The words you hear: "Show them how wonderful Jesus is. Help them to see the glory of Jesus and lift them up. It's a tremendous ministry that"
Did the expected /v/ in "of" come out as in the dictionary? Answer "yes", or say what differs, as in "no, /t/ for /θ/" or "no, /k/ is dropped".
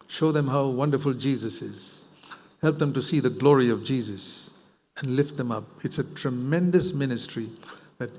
yes